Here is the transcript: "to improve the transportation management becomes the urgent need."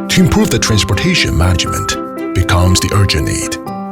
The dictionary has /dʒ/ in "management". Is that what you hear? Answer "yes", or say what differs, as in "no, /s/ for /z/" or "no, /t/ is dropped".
yes